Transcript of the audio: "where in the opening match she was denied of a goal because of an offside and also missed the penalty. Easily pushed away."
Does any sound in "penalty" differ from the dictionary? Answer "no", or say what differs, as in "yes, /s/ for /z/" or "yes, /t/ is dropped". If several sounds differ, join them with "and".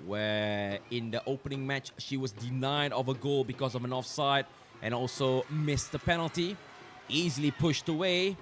no